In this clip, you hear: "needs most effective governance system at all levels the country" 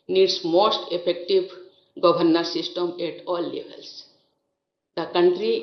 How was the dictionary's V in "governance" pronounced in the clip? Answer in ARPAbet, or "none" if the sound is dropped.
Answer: B